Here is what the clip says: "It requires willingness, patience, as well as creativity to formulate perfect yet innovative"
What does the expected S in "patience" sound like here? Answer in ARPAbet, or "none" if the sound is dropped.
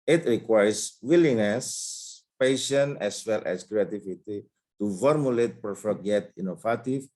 none